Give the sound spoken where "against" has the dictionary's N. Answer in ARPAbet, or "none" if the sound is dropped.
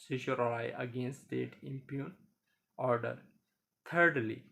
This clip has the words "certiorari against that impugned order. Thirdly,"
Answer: N